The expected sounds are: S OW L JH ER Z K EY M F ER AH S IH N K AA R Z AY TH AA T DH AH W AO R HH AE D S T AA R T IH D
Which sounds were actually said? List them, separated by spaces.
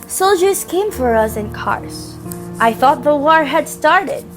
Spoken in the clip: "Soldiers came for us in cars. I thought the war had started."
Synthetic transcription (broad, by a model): S OW L JH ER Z K EY M F ER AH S IH N K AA R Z AY TH AA T DH AH W AO R HH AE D S T AA R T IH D